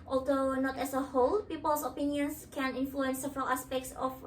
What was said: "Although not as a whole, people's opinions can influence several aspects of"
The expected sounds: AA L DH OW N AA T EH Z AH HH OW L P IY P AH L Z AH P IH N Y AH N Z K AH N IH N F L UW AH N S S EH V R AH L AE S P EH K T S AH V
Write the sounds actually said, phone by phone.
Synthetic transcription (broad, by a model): AA L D OW N AA T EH S AH HH OW L P IY P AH L S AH P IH N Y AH N S K AH N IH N F L UW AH N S S EH V R AH L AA S P EH K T S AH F